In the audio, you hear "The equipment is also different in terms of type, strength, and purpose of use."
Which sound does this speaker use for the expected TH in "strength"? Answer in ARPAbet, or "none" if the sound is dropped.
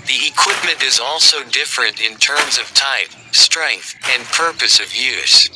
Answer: TH